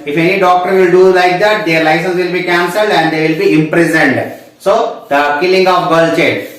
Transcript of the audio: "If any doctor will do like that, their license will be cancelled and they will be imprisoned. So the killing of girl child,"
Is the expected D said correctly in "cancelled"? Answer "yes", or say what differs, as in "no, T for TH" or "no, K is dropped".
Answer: yes